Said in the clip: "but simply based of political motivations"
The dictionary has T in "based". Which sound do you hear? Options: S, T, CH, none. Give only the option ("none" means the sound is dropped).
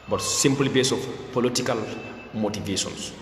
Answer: none